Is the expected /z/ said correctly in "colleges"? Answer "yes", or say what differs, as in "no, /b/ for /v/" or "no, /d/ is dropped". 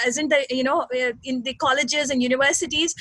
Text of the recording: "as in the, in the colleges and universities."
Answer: yes